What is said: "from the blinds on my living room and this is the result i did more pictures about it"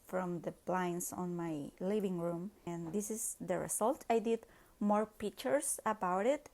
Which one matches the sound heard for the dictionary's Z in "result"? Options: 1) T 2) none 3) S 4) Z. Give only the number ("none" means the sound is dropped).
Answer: 3